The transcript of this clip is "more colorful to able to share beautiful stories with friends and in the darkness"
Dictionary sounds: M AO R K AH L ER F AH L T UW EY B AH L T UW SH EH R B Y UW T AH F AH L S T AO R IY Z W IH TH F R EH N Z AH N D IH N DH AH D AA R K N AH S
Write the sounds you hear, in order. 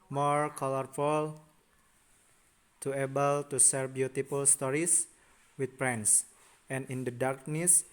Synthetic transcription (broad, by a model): M AO R K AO L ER F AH L T UW EY B AH L T UW S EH R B Y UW T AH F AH L S T AO R IY S W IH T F R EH N S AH N IH N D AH D AA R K N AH S